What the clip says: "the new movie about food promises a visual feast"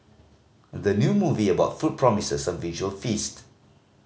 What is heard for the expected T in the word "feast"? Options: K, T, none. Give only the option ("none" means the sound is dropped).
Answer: T